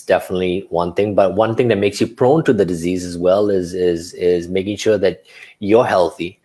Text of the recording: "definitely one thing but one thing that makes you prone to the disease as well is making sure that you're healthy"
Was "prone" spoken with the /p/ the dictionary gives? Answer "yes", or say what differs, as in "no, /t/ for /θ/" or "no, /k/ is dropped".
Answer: yes